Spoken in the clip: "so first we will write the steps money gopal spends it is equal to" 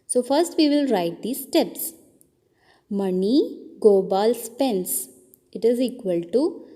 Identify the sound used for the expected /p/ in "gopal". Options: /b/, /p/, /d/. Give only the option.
/b/